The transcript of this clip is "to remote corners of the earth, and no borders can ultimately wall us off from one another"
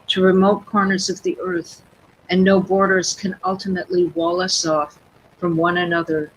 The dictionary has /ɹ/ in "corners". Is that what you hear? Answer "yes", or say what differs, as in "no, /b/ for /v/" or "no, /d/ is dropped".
yes